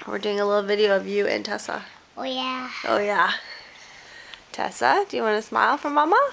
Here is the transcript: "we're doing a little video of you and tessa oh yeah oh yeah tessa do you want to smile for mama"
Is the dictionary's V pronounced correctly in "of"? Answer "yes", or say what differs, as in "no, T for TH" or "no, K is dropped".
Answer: yes